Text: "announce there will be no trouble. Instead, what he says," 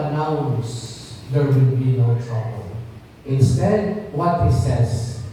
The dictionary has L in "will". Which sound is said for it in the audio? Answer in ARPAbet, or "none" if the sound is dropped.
N